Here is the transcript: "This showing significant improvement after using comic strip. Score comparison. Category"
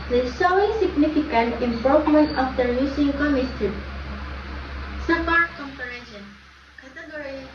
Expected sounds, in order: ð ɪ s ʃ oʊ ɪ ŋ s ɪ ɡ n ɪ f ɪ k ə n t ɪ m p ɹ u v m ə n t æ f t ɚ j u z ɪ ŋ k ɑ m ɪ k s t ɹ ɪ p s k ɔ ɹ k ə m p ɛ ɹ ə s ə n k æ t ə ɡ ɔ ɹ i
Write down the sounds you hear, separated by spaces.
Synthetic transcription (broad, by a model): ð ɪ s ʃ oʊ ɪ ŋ s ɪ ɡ n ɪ f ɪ k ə n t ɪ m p ɹ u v m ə n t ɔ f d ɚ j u s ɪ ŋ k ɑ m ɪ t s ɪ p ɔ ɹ k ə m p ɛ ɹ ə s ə n k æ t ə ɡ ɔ ɹ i